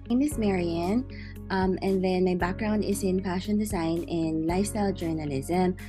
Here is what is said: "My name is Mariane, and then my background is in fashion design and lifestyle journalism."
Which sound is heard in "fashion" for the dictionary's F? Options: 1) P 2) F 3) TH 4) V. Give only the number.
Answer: 1